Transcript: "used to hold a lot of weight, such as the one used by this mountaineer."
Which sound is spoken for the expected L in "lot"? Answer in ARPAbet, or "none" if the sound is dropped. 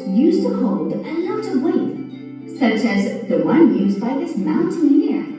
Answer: N